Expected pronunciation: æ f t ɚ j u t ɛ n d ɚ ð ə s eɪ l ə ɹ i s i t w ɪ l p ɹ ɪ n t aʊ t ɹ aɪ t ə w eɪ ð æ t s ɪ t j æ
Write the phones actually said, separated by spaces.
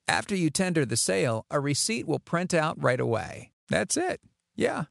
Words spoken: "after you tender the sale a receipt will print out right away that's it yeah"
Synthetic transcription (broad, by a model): æ f t ɚ j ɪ t ɛ n d ɚ ð ə s eɪ l ə ɹ i s i t w ɪ l p ɹ ɪ n t aʊ t ɹ aɪ t ə w eɪ ð æ t s ɪ t j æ